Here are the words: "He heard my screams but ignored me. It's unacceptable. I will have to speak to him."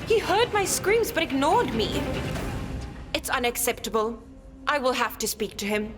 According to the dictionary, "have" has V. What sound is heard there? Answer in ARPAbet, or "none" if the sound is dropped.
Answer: F